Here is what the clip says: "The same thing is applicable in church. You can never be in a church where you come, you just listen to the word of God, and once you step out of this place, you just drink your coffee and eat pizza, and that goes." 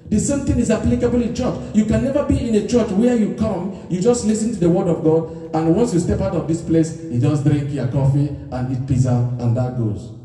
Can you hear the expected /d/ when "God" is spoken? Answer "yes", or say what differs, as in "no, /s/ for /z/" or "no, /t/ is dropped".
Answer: yes